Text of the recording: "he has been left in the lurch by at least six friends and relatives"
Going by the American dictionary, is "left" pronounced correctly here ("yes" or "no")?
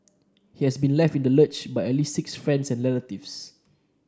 yes